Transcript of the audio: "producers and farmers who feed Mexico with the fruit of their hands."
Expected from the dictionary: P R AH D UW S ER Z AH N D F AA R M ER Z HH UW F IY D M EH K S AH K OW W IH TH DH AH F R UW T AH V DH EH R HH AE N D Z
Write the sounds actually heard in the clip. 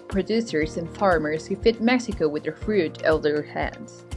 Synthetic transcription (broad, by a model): P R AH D UW S ER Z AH N F AA R M ER Z HH UW F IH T M EH K S AH K OW W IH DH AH F R UW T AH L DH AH R HH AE N D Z